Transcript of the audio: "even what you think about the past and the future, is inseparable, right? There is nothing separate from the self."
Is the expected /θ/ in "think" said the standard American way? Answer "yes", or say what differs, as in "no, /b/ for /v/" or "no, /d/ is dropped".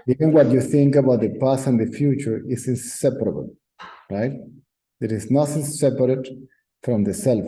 yes